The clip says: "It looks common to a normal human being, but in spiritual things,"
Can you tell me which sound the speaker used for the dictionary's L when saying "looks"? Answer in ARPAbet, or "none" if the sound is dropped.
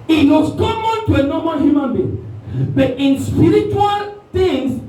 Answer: W